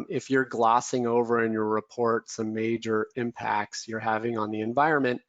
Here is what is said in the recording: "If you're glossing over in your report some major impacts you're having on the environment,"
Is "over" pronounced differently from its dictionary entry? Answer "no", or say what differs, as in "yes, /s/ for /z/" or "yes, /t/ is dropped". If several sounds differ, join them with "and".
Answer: no